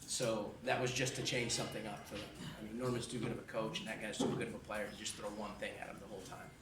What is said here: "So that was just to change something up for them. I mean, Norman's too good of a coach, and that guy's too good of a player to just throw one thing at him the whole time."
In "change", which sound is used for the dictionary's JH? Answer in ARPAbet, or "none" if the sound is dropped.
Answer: ZH